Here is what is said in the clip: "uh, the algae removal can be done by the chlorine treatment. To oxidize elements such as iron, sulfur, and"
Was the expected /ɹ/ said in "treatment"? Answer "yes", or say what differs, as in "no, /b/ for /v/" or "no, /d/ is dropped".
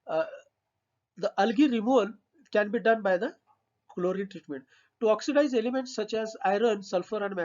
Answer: yes